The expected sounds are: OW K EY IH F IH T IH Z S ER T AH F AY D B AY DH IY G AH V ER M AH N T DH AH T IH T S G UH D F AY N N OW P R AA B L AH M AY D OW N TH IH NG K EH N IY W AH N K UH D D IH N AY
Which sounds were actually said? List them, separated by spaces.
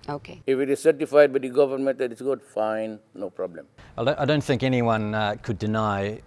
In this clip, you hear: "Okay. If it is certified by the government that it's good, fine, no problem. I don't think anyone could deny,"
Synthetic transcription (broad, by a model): OW K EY IH F IH T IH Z S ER T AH F AY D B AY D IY G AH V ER M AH N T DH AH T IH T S G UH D F AY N N OW P R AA B L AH M AY D OW N TH IH NG K EH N IY W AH N K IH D D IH N AY